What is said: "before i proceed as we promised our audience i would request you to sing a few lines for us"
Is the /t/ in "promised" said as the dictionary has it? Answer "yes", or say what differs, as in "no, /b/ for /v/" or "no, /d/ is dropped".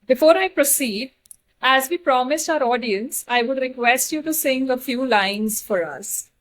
yes